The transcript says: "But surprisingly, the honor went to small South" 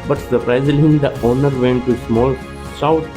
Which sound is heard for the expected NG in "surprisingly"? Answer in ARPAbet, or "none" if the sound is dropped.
none